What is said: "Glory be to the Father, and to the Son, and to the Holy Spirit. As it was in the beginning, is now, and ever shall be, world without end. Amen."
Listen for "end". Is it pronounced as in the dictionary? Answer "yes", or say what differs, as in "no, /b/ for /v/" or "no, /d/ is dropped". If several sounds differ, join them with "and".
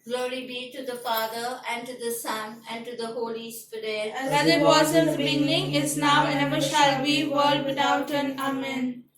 no, /d/ is dropped